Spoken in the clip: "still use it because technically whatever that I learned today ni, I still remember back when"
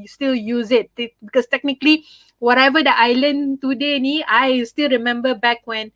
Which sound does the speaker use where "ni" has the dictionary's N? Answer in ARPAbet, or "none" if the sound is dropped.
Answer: N